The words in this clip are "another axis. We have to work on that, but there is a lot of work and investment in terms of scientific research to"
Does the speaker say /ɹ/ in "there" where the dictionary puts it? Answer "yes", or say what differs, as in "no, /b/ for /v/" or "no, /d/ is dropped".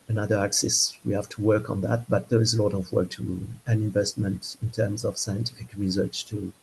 yes